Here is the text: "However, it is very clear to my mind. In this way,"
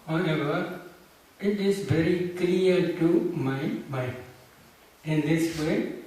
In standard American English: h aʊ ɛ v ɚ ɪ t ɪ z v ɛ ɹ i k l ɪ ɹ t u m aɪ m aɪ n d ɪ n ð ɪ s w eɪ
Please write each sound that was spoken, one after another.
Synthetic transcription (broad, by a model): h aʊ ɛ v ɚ ɪ t ɪ z v ɛ ɹ i k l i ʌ t u m aɪ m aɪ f ɪ n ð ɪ s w eɪ